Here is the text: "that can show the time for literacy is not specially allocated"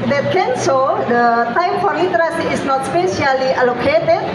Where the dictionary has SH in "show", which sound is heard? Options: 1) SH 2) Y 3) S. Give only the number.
3